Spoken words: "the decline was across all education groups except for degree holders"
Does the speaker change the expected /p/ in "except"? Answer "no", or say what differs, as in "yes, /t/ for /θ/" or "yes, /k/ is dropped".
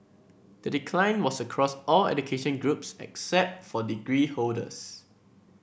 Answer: no